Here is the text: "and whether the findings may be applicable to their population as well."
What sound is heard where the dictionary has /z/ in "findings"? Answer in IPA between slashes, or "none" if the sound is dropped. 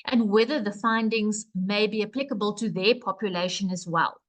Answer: /z/